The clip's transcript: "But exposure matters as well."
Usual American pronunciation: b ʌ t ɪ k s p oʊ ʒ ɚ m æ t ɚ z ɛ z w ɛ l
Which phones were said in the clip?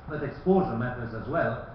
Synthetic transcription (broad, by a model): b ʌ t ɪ k s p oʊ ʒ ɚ m æ t ɚ z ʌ z w ɛ l